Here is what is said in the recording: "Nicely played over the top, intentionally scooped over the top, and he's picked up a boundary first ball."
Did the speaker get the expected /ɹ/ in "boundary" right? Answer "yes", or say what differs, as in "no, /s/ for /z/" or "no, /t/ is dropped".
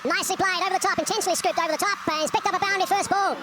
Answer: no, /ɹ/ is dropped